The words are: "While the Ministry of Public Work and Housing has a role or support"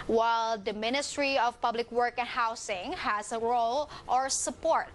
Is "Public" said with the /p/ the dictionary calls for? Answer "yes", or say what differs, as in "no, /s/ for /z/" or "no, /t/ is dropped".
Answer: yes